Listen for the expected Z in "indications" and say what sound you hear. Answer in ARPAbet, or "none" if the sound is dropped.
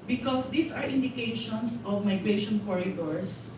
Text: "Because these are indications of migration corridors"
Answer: S